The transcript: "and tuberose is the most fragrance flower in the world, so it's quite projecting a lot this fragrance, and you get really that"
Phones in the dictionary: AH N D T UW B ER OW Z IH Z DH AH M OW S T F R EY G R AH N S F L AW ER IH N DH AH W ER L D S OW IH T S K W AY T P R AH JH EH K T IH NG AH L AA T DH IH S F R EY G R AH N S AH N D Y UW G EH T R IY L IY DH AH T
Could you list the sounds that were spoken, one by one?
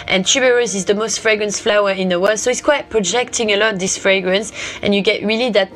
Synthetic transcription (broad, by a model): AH N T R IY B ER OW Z IH Z DH AH M OW S T F R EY G R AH N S F L AW ER IH N DH AH W ER L D S OW IH T S K W AY T P R AH JH EH K T IH NG AH L AA T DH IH S F R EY G R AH N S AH N Y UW G EH T R IY L IY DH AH T